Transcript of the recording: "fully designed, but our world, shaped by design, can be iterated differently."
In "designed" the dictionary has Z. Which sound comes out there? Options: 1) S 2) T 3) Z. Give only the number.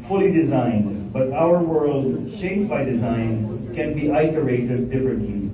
3